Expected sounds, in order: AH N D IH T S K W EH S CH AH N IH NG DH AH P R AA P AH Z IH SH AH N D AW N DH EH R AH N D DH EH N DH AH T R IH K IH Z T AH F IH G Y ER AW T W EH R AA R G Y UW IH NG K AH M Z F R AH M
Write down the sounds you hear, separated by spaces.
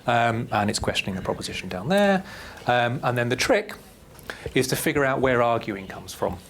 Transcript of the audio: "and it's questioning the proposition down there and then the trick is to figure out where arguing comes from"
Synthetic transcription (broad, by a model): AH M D IH T S K W EH S CH AH N IH NG DH AH P R AA P AH Z IH SH AH N D AW N DH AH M AH N DH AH N DH AH T R IH K IH Z T AH F IH G Y ER AW T W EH R AA G Y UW IH NG K AH M Z F R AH M